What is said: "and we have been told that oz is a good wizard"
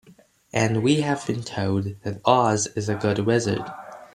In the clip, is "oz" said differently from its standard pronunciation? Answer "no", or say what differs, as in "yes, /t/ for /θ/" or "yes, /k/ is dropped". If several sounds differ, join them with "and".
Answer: no